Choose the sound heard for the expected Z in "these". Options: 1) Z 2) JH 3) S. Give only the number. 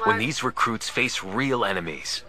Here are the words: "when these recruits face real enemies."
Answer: 1